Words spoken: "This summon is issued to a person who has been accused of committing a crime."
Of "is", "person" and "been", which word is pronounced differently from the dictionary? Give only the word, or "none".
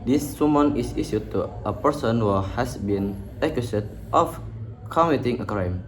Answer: is